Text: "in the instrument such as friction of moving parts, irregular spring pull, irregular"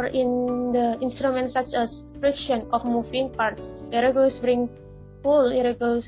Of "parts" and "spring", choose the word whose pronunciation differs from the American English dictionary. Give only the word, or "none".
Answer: spring